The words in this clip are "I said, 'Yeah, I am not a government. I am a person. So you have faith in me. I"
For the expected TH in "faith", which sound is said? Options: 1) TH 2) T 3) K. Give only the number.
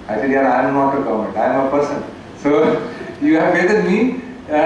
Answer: 2